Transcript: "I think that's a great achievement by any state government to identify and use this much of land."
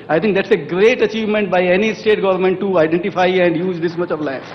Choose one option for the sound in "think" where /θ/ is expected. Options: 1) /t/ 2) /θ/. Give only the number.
1